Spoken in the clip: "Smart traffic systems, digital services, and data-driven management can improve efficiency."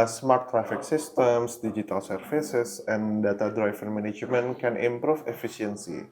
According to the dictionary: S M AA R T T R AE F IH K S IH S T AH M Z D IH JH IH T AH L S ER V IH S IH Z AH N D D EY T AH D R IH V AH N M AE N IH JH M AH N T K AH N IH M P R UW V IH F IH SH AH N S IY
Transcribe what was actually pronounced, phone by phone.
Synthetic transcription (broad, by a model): S M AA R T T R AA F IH K S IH S T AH M S D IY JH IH T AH L S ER F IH S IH S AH N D D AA T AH D R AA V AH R M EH N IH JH M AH N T K AH N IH M P R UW F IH F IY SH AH N S IY